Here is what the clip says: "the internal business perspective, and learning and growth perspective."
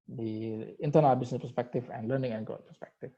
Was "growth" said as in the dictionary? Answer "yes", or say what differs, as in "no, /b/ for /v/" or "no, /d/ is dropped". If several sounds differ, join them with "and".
no, /ɹ/ is dropped and /t/ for /θ/